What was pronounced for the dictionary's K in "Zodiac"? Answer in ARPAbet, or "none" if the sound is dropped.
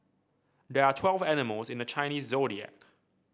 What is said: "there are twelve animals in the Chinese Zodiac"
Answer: K